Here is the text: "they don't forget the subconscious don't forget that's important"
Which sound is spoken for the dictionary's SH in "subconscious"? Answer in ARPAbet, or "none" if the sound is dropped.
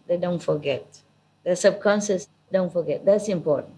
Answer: S